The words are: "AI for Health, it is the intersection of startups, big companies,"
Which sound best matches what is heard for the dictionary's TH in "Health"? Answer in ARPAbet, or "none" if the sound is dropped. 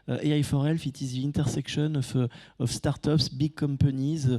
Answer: F